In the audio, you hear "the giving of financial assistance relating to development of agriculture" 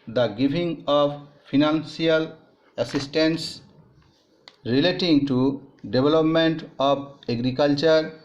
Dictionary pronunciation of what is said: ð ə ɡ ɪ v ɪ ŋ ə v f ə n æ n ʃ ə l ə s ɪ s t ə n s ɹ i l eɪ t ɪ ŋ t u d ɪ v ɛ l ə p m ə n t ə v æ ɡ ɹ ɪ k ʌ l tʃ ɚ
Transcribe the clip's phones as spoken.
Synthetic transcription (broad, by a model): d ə ɡ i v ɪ ŋ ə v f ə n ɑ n s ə l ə s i s t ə n s ɹ i l eɪ t ɪ ŋ t u d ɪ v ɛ l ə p m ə n t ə b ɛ ɡ ɹ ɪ k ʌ l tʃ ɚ